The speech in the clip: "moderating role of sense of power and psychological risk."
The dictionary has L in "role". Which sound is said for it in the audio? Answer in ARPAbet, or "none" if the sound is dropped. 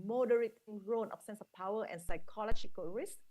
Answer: N